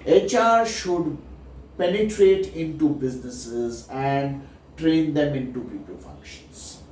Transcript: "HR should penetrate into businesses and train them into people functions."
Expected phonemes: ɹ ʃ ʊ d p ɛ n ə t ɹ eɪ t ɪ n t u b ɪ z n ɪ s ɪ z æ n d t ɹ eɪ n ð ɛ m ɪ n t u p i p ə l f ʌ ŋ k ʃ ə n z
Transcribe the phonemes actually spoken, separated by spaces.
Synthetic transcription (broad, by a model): ɹ ʃ ʊ d p ɛ n ə t ɹ eɪ t ɪ n t u b ɪ z n ɪ s ɪ z æ n d t ɹ eɪ n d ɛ m ɪ n t u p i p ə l f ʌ ŋ k ʃ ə n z